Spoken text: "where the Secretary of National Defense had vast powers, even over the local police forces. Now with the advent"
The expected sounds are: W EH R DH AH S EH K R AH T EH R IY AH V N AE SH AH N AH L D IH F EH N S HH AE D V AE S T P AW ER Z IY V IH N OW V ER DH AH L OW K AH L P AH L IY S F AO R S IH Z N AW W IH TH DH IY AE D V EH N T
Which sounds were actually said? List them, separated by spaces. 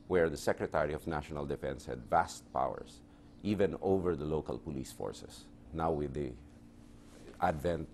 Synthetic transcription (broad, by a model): W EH R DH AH S EH K R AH T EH R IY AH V N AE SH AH N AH L D IH F EH N S HH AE D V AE S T P AW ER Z IY V IH N OW V ER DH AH L OW K AH L P AH L IY S F AO R S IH S N AW W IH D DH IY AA D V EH N T